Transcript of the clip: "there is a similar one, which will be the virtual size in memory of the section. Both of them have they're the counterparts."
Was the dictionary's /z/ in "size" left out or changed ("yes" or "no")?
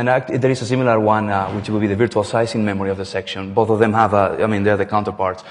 yes